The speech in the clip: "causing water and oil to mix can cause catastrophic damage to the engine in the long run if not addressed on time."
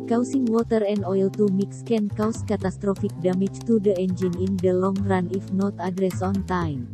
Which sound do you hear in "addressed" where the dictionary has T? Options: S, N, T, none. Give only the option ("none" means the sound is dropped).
none